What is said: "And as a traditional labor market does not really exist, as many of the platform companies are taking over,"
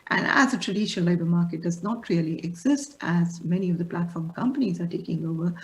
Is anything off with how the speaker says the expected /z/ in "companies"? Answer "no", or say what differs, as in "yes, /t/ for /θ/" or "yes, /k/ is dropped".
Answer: no